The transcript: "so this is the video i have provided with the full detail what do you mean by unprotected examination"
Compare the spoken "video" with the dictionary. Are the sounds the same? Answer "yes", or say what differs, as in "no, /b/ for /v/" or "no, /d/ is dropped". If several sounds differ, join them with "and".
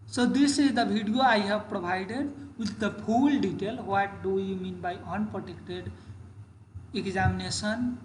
no, /b/ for /v/